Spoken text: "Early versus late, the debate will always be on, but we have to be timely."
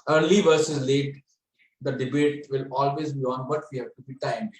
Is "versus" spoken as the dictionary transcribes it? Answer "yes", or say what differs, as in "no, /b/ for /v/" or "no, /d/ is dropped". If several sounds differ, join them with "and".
yes